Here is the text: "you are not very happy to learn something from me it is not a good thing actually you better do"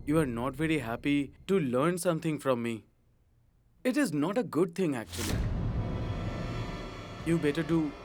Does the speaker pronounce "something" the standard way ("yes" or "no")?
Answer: no